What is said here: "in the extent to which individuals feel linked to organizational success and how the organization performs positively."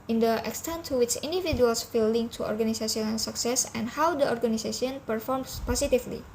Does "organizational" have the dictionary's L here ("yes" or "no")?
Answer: no